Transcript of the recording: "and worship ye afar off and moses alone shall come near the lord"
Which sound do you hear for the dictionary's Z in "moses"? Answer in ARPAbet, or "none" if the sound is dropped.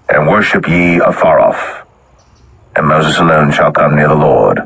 Z